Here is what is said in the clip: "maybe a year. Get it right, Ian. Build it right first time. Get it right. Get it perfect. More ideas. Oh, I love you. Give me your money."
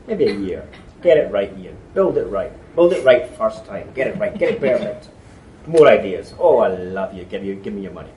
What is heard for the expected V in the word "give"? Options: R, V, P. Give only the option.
V